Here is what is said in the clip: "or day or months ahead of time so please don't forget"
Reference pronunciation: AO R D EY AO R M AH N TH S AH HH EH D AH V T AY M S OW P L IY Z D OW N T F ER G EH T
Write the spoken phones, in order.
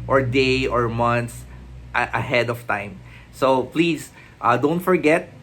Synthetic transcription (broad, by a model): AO R D EY AO R M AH N T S AH HH EH D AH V T AY M S OW P L IY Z D OW N T F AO G EH T